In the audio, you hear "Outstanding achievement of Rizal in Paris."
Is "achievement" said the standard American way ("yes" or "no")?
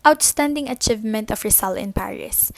yes